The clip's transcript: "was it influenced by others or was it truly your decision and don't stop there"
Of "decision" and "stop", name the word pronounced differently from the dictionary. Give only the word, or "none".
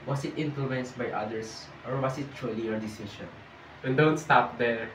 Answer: decision